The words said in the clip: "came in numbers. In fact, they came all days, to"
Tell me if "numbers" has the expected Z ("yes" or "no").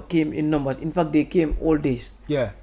no